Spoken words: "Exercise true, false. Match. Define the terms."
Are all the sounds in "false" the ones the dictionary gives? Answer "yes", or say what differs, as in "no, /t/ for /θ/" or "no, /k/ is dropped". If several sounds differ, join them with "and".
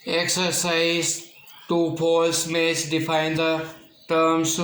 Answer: no, /p/ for /f/